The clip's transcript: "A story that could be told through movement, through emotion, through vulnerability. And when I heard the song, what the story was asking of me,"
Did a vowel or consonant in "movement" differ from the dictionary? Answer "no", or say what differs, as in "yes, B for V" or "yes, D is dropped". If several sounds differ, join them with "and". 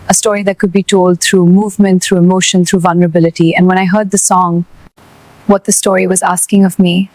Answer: no